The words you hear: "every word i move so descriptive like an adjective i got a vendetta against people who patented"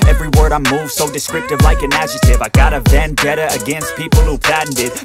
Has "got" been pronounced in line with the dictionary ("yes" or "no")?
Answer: yes